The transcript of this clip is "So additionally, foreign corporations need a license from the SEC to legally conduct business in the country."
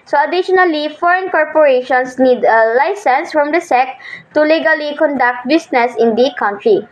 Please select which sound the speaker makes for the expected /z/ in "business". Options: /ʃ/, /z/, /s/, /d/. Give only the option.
/s/